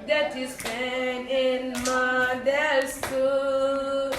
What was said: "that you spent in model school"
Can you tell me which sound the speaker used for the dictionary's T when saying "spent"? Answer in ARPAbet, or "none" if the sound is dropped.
none